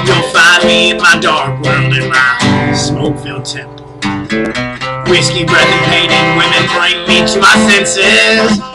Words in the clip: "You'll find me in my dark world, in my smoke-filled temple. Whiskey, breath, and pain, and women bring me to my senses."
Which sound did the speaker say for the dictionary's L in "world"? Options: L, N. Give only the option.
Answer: N